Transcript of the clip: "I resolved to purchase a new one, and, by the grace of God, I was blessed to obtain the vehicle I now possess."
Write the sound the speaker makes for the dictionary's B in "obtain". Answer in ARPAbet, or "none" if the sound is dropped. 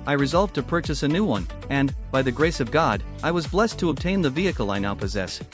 B